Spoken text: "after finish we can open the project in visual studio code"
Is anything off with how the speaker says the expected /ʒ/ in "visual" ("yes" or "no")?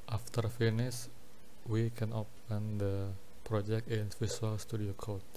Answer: yes